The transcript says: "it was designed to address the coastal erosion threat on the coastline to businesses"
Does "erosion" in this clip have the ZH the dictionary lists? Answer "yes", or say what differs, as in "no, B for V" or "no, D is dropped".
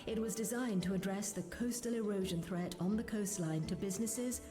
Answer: yes